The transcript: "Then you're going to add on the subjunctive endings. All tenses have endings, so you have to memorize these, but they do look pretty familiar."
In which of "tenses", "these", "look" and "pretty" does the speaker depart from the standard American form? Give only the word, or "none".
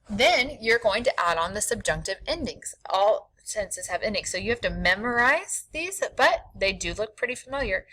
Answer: tenses